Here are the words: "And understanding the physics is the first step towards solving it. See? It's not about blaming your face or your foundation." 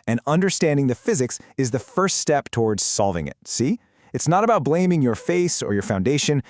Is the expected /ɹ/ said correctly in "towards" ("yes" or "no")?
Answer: yes